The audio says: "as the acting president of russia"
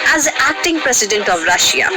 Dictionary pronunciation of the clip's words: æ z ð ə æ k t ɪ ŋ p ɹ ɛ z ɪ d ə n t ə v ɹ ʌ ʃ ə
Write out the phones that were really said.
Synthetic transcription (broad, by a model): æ z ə æ k t ɪ ŋ p ɹ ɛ s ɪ d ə n t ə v ɹ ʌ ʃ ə